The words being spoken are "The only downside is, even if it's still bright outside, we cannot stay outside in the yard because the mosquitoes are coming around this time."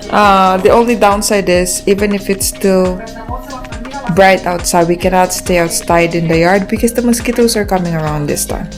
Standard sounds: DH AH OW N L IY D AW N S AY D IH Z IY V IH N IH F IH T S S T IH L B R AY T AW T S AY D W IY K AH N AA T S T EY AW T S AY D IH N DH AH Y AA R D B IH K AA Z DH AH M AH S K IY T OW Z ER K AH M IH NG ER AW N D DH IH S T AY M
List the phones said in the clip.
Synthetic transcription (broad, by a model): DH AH OW N L IY D AW N S AY D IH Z IY V IH N IH F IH T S S T IH L B R AY T AW T S AY D W IY K AH N AA T S T EY AW T S AY D IH N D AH Y AA R D B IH K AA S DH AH M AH S K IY T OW S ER K AH M IH NG ER AW N D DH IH S T AY M